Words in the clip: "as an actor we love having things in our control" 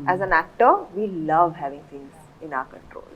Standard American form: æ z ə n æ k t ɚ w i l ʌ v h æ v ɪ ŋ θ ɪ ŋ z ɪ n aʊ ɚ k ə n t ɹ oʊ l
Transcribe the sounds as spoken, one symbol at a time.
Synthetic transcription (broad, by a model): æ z ə n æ k t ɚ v i l ʌ v h æ v ɪ ŋ s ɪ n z ɪ n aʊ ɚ k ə n t ɹ oʊ l